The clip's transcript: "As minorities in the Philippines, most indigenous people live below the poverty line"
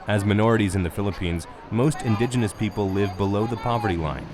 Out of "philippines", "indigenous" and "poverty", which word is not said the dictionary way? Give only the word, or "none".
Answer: none